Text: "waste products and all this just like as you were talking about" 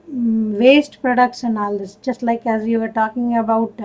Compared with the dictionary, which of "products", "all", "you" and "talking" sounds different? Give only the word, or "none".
products